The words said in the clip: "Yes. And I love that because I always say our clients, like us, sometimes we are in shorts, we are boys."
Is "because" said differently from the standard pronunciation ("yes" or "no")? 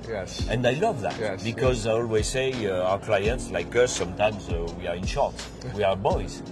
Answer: no